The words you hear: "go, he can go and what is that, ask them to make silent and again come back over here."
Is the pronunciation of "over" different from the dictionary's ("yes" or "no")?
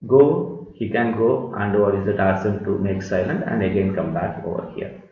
no